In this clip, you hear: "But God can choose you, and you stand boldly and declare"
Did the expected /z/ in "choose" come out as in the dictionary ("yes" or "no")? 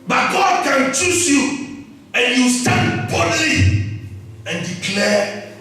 no